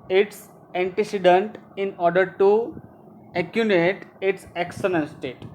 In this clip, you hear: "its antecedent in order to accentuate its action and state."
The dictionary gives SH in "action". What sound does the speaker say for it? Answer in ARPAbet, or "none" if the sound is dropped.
S